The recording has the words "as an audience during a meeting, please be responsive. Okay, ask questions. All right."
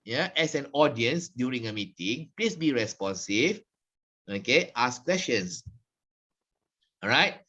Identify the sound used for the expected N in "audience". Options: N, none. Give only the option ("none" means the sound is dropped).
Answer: N